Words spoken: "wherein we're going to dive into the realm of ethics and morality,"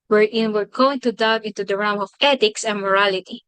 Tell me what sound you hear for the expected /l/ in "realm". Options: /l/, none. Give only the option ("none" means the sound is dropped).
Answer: none